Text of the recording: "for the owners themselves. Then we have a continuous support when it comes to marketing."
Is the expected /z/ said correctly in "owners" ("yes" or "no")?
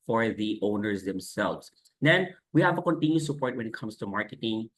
yes